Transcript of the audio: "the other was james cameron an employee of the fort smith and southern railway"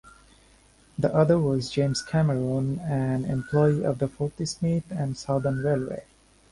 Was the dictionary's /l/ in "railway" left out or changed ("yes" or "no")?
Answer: no